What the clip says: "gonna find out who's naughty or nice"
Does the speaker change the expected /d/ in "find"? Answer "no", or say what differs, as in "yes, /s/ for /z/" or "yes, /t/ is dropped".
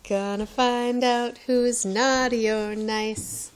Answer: no